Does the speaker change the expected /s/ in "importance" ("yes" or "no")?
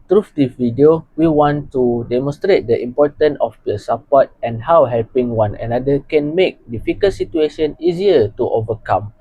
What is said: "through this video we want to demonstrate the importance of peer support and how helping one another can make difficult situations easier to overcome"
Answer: yes